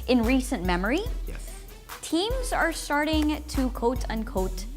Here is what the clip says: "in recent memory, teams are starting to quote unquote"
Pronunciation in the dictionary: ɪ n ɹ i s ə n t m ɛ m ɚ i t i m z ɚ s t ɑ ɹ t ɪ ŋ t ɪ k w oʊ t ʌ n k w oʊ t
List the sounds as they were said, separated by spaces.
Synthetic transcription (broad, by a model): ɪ n ɹ i s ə n m ɛ m ɚ i t i m z ɚ s t ɑ ɹ t ɪ ŋ t ɪ k oʊ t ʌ n k oʊ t